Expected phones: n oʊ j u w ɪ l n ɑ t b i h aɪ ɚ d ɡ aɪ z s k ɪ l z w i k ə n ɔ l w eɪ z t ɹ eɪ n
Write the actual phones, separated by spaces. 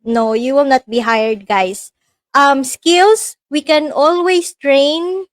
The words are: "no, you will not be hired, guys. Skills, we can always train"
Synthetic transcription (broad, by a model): n oʊ j u w ɪ l n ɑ t b i h aɪ ɚ d ɡ aɪ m s k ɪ l s w i k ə n ɔ l w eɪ s t ɹ eɪ n